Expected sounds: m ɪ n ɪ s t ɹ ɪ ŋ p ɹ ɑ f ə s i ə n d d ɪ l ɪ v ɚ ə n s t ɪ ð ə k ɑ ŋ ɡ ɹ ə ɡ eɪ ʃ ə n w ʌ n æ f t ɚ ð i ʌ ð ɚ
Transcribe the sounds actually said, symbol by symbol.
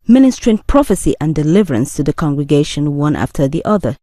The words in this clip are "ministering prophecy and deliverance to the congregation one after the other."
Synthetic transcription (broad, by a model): m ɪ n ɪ s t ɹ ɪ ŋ p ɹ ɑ f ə s i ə n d d ɪ l ɪ v ɚ ə n s t ɪ ð ə k ɑ ŋ ɡ ɹ ə ɡ eɪ ʃ ə n w ʌ n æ f t ɚ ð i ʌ ð ɚ